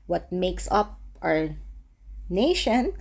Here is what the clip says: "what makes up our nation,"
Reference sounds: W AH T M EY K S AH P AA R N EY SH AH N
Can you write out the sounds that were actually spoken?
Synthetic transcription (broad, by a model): W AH T M EY K S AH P AA R N EY SH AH N